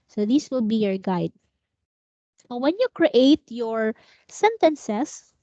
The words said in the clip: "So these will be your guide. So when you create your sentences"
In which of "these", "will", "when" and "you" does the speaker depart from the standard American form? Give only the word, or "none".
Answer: these